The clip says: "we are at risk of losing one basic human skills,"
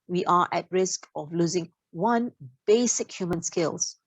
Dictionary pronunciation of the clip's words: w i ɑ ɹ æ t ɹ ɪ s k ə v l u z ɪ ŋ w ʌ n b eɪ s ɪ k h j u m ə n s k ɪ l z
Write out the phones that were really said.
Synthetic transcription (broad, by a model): w i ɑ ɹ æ t ɹ ɪ s k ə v l u z ɪ ŋ w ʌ n b eɪ s ɪ k h j u m ə n s k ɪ l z